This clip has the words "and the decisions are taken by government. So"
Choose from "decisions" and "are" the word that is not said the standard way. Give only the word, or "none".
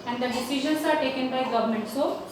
decisions